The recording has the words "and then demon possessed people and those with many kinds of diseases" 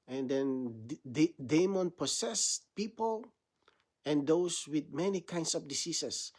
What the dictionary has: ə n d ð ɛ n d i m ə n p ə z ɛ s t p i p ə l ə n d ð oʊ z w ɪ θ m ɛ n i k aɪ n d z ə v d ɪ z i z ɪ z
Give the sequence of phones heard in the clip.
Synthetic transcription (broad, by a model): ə n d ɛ n d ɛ m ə n p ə s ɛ s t p i p ə l ə n d oʊ s w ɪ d m ɛ n i k aɪ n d s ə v d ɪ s i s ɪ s